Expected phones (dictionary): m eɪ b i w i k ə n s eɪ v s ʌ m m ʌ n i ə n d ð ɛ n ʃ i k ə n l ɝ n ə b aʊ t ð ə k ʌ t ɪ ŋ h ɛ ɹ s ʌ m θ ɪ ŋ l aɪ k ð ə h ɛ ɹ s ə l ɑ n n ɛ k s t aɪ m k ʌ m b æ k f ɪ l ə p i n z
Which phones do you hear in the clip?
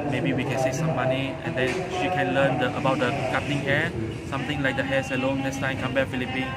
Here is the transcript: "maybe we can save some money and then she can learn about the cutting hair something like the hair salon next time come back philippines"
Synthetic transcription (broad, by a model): m eɪ b i w i k ə n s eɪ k s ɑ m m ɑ n i ə n d ɛ n ʃ i k ə n l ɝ n ə b aʊ t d ə k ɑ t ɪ ŋ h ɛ s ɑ m t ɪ ŋ l aɪ k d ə h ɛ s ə l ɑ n n ɛ k s t aɪ m k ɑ m b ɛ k f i l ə p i n